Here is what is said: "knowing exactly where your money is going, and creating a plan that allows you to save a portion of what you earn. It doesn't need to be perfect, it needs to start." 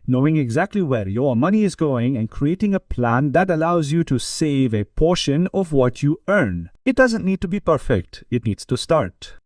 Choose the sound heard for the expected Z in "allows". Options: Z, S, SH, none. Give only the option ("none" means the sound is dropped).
Z